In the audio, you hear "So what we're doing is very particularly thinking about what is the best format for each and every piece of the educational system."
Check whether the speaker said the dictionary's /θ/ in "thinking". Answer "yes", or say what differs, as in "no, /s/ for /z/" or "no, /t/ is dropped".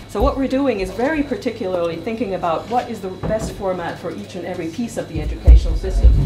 yes